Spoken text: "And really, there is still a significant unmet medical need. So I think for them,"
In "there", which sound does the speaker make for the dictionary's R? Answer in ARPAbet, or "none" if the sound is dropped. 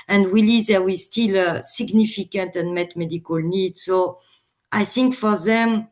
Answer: W